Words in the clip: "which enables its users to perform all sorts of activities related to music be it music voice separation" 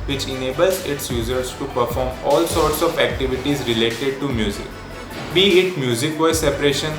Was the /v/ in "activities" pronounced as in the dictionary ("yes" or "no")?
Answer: yes